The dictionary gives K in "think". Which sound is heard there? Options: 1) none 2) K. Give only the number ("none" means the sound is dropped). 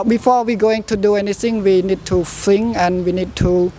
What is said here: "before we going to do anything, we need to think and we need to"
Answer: 1